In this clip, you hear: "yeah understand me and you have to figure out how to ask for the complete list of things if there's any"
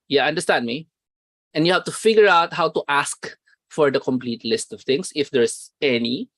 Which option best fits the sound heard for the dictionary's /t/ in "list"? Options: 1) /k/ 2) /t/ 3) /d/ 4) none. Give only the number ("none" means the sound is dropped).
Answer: 2